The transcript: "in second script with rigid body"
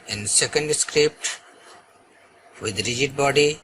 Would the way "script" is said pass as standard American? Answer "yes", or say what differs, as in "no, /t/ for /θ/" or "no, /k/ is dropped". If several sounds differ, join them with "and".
yes